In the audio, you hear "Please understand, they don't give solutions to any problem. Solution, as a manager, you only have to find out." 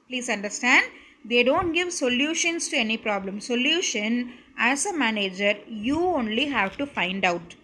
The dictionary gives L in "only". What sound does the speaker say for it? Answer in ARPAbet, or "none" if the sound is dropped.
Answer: L